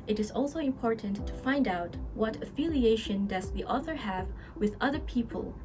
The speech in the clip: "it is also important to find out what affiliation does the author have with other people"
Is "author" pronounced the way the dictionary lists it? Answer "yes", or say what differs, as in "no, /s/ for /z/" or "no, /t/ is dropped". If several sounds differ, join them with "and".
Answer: yes